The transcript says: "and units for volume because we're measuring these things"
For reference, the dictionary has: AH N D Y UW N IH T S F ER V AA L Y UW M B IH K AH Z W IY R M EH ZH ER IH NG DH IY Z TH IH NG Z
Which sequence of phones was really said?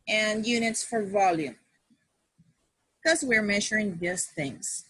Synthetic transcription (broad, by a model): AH N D Y UW N IH T S F ER V AA L Y UW M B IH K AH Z W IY R M EH ZH ER IH NG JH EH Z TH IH NG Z